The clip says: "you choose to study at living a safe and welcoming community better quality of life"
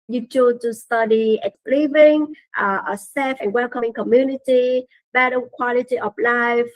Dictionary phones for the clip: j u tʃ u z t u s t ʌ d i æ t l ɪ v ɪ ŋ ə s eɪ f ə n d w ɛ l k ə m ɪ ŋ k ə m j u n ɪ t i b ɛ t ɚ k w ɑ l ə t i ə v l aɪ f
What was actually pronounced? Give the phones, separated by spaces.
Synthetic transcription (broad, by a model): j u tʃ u t u s t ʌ d i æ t l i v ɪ ŋ ə s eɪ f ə n w ɛ l k ə m ɪ ŋ k ə m j u n ɪ t i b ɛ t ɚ k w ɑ l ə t i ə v l aɪ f